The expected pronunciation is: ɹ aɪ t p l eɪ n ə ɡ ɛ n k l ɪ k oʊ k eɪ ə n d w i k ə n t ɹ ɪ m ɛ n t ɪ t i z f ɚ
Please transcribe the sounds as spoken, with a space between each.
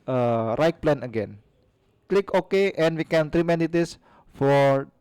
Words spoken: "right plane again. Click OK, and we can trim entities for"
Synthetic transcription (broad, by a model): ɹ aɪ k p l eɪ n ə ɡ ɛ n k l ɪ k oʊ k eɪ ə n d w i k ə n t ɹ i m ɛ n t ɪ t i s f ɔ